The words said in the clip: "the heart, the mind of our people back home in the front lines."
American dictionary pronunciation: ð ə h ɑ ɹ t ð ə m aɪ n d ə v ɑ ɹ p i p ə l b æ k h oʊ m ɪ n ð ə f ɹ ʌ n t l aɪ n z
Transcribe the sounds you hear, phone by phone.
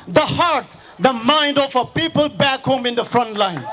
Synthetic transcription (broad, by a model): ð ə h ɑ ɹ t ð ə m aɪ n d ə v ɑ p i p ə l b æ k h oʊ m ɪ n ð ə f ɹ ʌ n t l aɪ n